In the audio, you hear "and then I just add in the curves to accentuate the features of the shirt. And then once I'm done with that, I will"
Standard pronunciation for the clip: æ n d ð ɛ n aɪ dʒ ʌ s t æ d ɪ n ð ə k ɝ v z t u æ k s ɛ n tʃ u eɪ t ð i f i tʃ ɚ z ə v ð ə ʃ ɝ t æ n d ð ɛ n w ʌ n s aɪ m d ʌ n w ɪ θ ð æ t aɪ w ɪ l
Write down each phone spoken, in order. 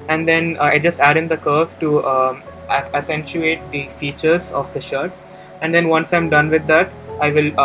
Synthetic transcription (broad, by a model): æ n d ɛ n aɪ dʒ ʌ s t æ d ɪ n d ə k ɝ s t u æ s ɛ n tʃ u eɪ t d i f i tʃ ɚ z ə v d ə ʃ ɝ t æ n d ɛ n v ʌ n s aɪ m d ʌ n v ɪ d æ t aɪ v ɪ l